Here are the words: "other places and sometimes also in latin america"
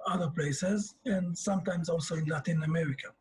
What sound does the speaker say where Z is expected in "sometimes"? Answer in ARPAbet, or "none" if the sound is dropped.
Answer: Z